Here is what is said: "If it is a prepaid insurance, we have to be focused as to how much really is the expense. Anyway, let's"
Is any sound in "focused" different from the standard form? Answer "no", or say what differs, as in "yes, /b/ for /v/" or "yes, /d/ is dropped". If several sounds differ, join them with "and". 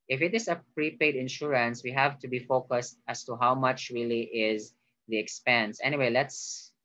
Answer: no